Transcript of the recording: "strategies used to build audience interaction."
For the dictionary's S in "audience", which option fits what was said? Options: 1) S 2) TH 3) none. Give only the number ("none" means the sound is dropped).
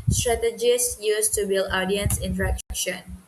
1